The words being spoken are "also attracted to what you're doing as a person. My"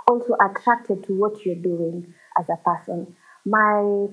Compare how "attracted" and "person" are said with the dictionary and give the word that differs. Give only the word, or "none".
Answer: none